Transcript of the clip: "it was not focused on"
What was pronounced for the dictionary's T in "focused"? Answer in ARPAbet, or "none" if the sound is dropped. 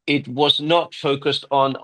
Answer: T